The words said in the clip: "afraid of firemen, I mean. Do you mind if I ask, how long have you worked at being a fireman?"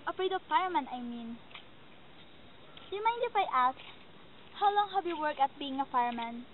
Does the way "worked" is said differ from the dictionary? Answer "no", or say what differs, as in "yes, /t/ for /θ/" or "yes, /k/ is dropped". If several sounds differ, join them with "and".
yes, /t/ is dropped